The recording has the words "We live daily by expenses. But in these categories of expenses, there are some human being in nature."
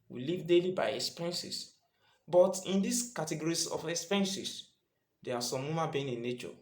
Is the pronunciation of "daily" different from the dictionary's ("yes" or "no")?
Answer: no